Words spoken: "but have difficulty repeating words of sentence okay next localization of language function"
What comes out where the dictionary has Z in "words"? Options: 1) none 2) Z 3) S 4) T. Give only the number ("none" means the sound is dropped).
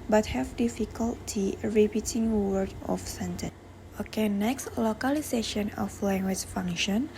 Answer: 1